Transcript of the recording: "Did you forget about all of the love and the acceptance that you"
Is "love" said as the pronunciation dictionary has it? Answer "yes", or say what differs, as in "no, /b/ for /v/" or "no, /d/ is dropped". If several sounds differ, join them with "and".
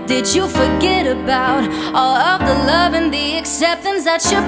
yes